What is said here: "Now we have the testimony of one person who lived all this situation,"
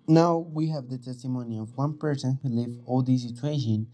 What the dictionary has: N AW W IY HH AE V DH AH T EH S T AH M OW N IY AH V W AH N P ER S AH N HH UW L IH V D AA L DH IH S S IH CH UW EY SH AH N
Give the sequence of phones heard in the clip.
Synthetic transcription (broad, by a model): N AW W IY HH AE V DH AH T EH S T AH M OW N IY AH V W AH N P ER S AH N HH UW L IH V AA L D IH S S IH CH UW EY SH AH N